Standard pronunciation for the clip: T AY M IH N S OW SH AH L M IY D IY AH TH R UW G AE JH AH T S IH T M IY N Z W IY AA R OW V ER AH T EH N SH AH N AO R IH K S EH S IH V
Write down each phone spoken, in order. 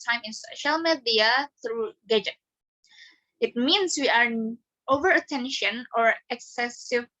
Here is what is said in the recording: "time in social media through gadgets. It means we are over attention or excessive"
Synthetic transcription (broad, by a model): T AY M IH N S OW SH AH L M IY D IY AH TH R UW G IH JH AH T IH T M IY N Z W IY AA R OW V ER AH T EH N SH AH N AO R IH K S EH S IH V